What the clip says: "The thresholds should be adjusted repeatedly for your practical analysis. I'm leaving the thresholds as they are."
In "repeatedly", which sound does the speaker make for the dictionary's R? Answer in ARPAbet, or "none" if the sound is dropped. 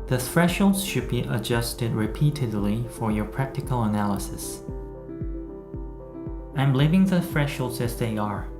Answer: R